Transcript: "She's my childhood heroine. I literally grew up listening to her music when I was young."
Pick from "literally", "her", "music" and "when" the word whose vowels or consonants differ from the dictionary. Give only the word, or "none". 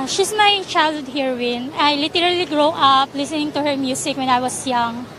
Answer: music